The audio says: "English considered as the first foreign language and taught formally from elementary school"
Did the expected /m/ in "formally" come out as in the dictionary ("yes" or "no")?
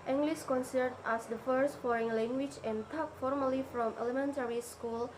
yes